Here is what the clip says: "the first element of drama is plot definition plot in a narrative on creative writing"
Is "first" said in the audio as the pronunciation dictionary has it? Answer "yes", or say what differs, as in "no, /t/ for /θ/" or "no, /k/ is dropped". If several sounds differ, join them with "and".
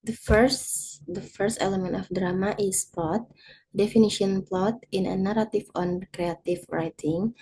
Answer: yes